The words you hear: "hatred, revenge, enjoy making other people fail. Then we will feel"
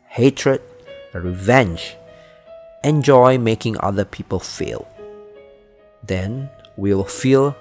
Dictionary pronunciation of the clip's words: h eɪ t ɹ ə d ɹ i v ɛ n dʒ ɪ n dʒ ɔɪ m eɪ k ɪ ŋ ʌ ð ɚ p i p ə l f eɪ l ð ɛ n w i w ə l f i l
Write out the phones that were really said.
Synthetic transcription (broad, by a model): h eɪ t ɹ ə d ɹ i v ɛ n dʒ ɪ n dʒ ɔɪ m eɪ k ɪ ŋ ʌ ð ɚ p i p ə l f eɪ l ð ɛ n w i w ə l f i l